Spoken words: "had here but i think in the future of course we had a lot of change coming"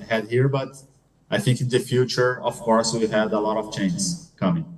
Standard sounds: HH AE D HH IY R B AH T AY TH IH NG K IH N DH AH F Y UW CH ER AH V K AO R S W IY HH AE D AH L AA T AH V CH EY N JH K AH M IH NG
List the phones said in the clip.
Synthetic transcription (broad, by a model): HH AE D HH IY R B AH T AY TH IH NG K IH N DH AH F Y UW CH ER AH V K AO R S W IY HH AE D AH L AA T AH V CH EY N Z K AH M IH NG